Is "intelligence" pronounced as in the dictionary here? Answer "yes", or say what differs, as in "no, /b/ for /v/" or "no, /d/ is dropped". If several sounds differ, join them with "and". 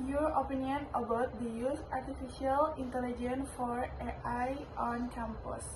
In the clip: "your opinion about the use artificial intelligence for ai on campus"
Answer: no, /s/ is dropped